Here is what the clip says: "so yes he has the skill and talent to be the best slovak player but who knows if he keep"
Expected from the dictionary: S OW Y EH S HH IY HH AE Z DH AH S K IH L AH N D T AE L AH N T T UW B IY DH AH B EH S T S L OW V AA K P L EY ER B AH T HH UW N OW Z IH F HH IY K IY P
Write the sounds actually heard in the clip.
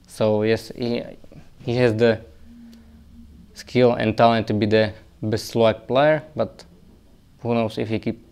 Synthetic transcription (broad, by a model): S OW Y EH S HH IY HH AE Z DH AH S K IH L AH N T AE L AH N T T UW B IY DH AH B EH S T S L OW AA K P L EY ER B AH T HH UW N OW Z IH F HH IY K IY P